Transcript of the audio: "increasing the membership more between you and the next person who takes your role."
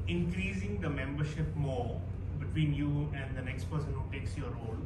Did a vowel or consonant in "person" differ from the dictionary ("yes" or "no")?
no